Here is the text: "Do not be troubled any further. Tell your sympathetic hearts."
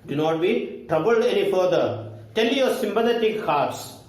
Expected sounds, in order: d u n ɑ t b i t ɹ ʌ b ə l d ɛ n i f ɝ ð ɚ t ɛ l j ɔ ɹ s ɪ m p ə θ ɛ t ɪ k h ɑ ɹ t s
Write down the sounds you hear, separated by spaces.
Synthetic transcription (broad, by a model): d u n ɑ t b i t ɹ ʌ b ə l d ɛ n i f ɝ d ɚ t ɛ l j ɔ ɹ s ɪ m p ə t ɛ t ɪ k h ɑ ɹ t s